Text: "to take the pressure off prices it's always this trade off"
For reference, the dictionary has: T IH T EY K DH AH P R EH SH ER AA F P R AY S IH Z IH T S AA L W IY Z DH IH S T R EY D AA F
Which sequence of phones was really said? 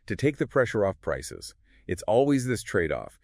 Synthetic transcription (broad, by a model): T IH T EY K DH AH P R EH SH ER AA F P R AY S IH Z IH T S AA L W IY Z DH IH S T R EY D AA F